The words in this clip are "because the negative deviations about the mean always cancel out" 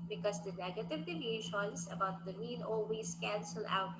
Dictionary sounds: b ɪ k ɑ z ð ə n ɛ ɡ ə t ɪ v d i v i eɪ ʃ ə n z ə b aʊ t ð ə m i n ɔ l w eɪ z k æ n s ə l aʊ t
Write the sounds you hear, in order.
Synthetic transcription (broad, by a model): b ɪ k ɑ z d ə n ɛ ɡ ə t ɪ v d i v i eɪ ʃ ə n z ə b aʊ t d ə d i l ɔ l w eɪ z k æ n s ə l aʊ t